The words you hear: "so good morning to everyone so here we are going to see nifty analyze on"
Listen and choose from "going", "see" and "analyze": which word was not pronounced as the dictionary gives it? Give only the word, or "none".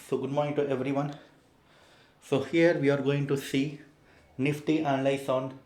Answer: analyze